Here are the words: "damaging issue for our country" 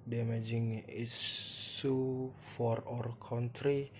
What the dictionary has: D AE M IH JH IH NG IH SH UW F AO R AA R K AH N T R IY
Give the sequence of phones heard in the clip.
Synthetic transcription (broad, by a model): D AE M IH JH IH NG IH S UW F AO R AA R K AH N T R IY